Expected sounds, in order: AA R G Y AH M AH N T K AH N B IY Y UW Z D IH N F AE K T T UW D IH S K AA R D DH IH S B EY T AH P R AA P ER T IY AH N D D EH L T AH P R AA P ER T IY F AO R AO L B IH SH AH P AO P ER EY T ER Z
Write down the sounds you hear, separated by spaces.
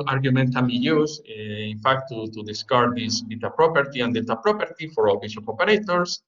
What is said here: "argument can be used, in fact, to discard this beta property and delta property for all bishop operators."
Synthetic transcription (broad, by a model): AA R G Y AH M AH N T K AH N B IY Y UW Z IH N F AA K T T UW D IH S K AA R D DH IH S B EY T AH P R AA P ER T IY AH N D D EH T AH P R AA P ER T IY F AO R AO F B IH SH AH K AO P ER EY T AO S